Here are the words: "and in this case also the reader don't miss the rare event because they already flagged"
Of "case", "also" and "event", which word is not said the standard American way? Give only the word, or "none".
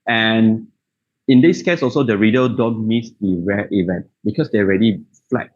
none